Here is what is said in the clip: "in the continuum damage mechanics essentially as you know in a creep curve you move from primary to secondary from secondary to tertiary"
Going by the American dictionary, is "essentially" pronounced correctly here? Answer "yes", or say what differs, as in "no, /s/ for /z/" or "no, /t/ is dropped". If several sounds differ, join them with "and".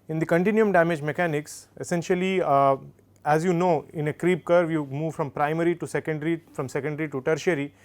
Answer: yes